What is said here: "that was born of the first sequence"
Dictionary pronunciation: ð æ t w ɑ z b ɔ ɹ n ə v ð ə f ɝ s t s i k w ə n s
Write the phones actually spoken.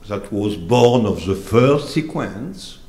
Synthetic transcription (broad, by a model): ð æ t w ɑ z b ɔ ɹ n ə v ð ə f ɝ s t s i k w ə n s